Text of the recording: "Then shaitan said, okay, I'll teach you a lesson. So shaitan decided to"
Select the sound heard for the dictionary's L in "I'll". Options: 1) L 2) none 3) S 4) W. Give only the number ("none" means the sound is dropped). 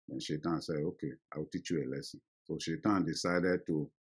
4